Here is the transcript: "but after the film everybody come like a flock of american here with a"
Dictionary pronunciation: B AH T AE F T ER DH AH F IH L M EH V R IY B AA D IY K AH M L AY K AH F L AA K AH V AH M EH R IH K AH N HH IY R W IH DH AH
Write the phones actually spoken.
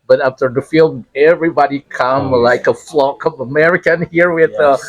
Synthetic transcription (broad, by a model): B AH T AE F T ER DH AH F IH L EH V R IY B AA D IY K AH M L AY K AH F L AA K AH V AH M EH R IH K AH N HH IY R W IH DH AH